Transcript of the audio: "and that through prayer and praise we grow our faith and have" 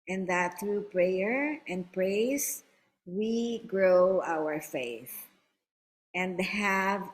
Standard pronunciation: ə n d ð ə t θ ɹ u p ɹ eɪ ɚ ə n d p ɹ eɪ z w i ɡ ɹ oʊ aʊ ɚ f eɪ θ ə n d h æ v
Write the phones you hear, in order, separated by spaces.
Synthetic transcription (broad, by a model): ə n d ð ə t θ ɹ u p ɹ eɪ ɚ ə n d p ɹ eɪ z w i ɡ ɹ oʊ aʊ ɚ f eɪ θ ə n d h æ v